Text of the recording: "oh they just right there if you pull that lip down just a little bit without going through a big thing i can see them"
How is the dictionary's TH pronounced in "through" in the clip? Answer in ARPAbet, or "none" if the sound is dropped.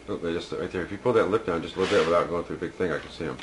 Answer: TH